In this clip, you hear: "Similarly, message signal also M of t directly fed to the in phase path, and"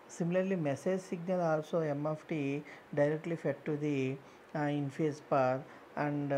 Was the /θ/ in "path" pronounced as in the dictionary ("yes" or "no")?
no